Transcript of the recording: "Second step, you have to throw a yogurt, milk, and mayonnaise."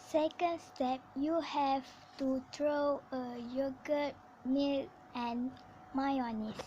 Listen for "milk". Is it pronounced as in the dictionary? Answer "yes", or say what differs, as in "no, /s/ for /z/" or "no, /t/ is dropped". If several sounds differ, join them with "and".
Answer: no, /k/ is dropped